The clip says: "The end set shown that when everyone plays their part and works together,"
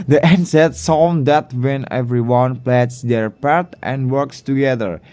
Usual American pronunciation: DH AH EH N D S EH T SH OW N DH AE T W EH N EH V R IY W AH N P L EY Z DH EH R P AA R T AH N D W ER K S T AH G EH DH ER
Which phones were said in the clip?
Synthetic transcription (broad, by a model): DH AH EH N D S EH T S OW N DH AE T W EH N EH V R IY W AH N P L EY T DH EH R P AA R T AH N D W ER K S T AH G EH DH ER